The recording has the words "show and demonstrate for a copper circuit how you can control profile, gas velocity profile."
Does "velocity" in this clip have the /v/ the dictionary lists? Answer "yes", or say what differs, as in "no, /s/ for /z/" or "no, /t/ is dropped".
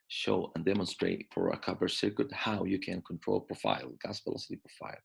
no, /p/ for /v/